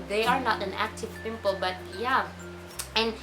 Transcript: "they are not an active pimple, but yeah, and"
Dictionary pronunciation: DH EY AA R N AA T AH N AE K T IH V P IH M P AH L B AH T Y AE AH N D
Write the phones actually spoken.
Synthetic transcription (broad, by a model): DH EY AA R N AA T AH N AE K T IH V P IH M P AH L B AH T Y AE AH N